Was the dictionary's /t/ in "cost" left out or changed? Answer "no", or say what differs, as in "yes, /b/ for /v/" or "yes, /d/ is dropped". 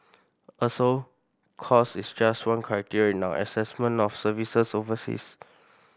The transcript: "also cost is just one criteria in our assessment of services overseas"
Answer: yes, /t/ is dropped